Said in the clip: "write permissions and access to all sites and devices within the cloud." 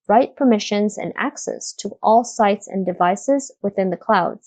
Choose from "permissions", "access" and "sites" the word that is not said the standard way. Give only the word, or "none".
none